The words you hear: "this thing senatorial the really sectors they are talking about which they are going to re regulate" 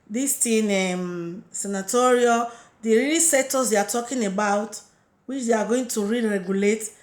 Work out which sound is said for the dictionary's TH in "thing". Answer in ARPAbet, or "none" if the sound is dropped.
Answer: T